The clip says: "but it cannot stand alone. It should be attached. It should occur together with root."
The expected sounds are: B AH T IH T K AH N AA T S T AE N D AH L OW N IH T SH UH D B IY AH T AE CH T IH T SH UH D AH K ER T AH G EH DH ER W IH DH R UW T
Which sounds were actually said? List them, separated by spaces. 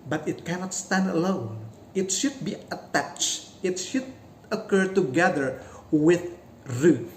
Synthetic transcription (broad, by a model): B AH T IH T K AH N AA T S T AE N D AH L OW N IH T SH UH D B IY AH T AE CH T IH T SH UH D AH K ER T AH G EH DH ER W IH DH R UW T